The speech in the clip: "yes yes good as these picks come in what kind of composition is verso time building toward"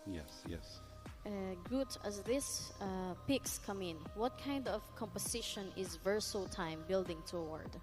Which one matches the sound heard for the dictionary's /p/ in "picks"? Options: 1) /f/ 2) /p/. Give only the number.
2